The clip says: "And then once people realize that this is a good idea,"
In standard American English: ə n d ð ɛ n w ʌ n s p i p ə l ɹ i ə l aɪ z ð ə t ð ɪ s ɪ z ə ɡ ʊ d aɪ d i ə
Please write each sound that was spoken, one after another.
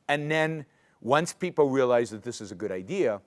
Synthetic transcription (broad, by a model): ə n ð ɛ n w ʌ n s p i p l ɹ i ə l aɪ z ð ə t ð ɪ s ɪ z ə ɡ ʊ d aɪ d i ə